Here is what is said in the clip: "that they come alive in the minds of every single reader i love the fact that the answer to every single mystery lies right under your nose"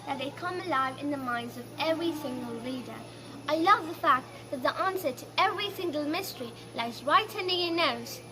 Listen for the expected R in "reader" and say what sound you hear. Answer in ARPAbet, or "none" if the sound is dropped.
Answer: L